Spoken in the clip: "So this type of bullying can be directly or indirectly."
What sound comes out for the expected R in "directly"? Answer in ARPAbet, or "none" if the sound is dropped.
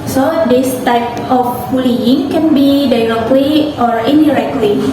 L